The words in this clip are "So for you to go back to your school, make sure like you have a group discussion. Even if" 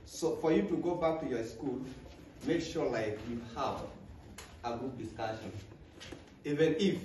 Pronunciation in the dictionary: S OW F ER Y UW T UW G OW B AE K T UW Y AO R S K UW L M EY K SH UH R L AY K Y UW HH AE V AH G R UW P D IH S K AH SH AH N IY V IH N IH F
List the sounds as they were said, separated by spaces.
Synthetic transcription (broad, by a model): S OW F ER Y UW T UW G OW B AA K T UW Y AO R S K UW L M EY K SH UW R L AY K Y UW HH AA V AH G UW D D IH S K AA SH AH N IY V IH N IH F